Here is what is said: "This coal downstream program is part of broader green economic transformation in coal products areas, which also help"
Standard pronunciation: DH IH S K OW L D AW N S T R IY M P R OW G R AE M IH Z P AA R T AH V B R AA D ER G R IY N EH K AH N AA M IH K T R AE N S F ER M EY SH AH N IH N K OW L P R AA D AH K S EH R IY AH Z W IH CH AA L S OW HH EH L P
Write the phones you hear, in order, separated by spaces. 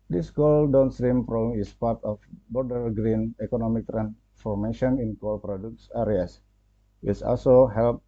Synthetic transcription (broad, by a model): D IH S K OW L D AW N S T R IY M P R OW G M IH S P AA R T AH F B AA D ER G R IY N EH K AH N AA M IH K T R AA N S F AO M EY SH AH N IH N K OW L P R AA D AH K S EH R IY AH S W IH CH AA L S OW HH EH L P